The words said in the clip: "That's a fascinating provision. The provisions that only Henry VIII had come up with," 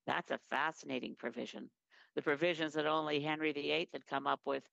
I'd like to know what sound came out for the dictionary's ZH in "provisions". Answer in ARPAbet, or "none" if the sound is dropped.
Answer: ZH